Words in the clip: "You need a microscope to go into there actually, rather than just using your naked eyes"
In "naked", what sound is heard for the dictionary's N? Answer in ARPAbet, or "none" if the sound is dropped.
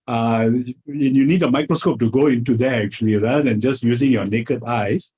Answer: N